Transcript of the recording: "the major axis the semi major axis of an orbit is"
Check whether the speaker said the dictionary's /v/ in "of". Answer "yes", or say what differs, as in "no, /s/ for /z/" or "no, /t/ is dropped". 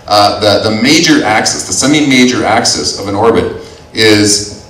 yes